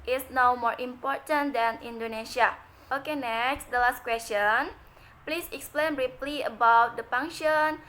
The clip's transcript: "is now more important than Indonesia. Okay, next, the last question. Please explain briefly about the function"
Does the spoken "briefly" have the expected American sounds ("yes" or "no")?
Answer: no